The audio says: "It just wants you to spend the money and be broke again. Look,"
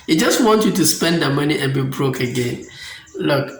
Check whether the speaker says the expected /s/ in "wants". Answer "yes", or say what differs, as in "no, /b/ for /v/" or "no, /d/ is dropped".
no, /s/ is dropped